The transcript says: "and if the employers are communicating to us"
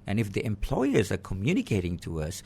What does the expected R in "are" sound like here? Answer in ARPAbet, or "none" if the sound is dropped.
R